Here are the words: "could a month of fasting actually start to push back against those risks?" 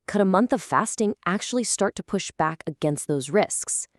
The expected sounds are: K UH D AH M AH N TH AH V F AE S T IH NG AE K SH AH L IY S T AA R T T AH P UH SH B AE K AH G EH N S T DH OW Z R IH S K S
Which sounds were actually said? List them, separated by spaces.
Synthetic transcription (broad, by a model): K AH D AH M AH N TH AH V F AE S T IH NG AE K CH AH L IY S T AA R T T AH P UH SH B AE K AH G EH N S T DH OW Z R IH S K S